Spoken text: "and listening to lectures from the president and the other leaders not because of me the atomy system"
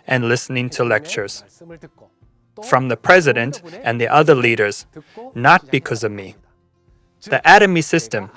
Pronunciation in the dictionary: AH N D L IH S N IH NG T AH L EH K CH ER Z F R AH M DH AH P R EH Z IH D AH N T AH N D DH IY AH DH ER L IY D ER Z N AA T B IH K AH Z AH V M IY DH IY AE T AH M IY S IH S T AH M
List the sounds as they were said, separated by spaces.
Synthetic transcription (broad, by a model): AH N L IH S N IH NG T AH L EH K CH ER Z F R AH M DH AH P R EH Z IH D AH N T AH N DH IY AH DH ER L IY D ER Z N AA T B IH K AH Z AH V M IY DH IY AE T AH M IY S IH S T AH M